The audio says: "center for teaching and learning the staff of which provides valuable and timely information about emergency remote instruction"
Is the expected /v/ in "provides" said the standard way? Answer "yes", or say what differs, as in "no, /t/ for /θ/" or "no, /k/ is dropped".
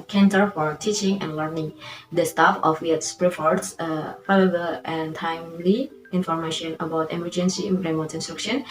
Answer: no, /f/ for /v/